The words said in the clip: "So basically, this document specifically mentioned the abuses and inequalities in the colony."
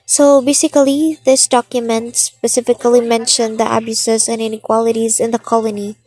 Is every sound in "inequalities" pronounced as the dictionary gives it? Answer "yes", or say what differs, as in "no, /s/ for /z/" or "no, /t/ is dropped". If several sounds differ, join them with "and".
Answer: yes